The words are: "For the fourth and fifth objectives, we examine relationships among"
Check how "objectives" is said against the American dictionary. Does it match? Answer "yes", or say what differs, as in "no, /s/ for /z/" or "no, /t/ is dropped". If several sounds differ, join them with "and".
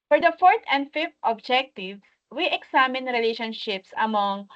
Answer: no, /z/ is dropped